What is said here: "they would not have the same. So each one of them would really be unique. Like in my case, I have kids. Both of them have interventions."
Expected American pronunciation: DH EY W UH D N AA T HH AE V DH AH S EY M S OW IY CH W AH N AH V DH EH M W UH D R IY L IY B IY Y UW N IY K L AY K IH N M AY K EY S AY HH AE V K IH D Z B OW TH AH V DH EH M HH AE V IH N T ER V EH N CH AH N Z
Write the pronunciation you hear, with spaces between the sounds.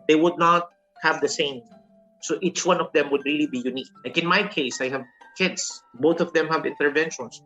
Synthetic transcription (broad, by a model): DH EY W UH D N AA T HH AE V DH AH S EY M S OW IY CH W AH N AH V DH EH M W UH D R IY L IY B IY Y UW N IY K L AY K IH N M AY K EY S AY HH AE V K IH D S B OW TH AH V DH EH M HH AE V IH N T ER V EH N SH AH N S